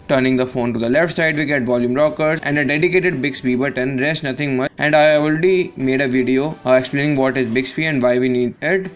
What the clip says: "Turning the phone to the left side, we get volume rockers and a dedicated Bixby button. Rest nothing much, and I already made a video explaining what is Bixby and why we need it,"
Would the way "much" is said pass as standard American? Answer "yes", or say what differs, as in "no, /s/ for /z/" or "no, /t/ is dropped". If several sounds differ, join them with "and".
no, /tʃ/ is dropped